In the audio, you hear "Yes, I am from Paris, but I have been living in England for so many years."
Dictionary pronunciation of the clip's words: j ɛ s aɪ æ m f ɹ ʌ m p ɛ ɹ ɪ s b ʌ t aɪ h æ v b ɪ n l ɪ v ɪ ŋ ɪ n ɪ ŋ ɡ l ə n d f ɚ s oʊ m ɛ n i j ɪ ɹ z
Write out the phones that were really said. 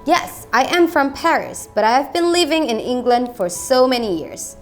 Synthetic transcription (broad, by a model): j ɛ s aɪ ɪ m f ɹ ʌ m p ɛ ɹ ɪ s b ʌ t aɪ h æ v b ɪ n l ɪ v ɪ ŋ ɪ n ɪ ŋ ɡ l ə n d f ɚ s oʊ m ɛ n i j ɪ ɹ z